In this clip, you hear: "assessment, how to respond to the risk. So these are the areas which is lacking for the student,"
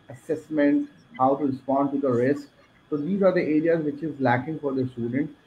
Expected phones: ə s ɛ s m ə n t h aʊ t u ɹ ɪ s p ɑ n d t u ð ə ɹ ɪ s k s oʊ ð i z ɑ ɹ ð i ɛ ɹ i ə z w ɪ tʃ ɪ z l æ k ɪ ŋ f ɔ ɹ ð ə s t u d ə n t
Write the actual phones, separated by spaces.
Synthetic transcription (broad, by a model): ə s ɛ s m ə n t h aʊ t u ɹ ɪ s p ɑ n d t u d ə ɹ ɪ s k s oʊ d i z ɑ ɹ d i ɛ ɹ i ə z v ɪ tʃ ɪ z l æ k ɪ ŋ f ɔ ɹ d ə s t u d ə n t